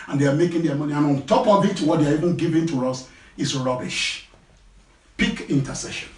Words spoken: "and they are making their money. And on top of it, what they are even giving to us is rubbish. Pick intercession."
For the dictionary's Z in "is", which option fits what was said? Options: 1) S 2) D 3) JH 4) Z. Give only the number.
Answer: 1